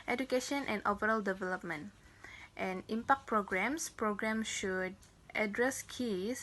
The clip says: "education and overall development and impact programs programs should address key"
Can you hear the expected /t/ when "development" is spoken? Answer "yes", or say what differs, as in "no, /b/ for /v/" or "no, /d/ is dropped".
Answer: yes